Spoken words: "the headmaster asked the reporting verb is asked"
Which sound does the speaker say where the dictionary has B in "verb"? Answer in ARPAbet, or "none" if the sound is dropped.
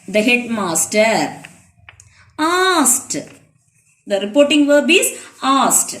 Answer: B